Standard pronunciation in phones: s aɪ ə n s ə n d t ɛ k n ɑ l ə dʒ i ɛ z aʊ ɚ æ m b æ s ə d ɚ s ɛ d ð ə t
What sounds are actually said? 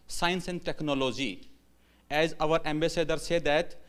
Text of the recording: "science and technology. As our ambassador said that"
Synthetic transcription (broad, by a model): s aɪ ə n s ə n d t ɛ k n ɑ l ə dʒ i ɛ z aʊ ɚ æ m b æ s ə d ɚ s ɛ d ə t